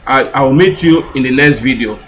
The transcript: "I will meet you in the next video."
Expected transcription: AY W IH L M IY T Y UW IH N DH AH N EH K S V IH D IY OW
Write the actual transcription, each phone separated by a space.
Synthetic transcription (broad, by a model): AY W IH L M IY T Y UW IH N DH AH L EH S V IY D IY OW